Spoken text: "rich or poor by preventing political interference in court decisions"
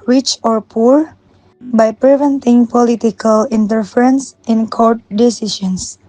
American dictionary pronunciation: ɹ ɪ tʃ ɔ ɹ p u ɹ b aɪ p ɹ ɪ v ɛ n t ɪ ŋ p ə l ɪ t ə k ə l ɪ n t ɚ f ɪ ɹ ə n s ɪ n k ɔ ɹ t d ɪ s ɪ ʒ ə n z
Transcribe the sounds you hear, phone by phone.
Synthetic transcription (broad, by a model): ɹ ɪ tʃ ɔ ɹ p u ɹ b aɪ p ɹ ɪ v ɛ n t ɪ ŋ p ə l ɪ t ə k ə l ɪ n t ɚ f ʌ ɹ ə n s ɪ n k ɔ ɹ t d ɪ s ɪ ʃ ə n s